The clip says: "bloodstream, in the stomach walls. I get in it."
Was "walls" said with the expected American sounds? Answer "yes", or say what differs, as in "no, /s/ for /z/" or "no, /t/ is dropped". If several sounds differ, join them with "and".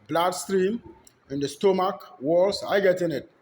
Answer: no, /s/ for /z/